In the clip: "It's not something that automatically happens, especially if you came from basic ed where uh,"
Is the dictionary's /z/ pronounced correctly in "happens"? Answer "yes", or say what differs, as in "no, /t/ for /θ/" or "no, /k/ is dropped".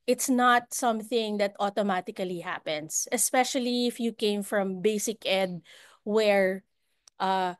no, /s/ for /z/